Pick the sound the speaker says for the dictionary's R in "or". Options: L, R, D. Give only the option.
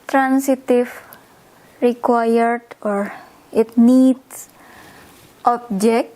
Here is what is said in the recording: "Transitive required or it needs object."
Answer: R